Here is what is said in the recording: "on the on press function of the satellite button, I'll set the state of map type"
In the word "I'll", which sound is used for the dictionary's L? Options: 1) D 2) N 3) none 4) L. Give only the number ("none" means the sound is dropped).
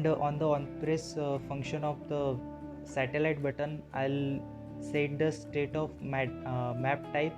4